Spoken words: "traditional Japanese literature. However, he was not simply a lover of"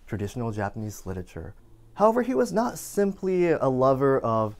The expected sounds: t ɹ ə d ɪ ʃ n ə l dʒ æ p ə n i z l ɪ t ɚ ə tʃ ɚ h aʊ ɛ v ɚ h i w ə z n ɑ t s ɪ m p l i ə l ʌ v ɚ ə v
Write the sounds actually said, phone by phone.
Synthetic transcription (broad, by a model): t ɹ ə d ɪ ʃ n l dʒ æ p ə n i z l ɪ t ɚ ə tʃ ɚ h aʊ ɛ v ɚ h i w ə z n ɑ t s ɪ m p l i ə l ʌ v ɚ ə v